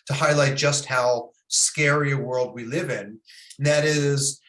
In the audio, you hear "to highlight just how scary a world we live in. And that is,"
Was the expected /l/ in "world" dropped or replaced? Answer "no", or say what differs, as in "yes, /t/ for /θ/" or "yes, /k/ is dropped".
no